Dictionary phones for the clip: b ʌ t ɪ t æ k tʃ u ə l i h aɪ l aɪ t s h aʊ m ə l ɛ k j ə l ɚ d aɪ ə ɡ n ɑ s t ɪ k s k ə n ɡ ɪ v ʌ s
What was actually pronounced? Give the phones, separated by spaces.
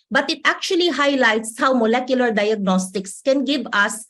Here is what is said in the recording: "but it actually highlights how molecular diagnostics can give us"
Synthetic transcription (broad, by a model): b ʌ t ɪ t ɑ k tʃ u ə l i h aɪ l aɪ t s h aʊ m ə l ɛ k j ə l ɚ d aɪ ə ɡ n ɑ s t ɪ k s k ə n ɡ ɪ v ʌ s